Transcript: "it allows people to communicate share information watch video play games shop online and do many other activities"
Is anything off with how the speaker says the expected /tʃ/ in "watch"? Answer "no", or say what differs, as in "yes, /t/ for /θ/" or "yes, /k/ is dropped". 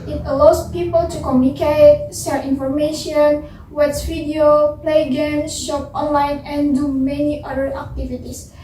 yes, /s/ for /tʃ/